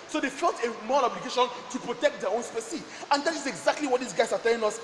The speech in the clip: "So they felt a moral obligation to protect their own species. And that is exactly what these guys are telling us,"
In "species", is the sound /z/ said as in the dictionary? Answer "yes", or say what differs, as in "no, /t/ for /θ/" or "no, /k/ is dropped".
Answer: no, /z/ is dropped